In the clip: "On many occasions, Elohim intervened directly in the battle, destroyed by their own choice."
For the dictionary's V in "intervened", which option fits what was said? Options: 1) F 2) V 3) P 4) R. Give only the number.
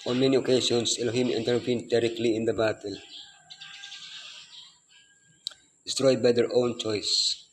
3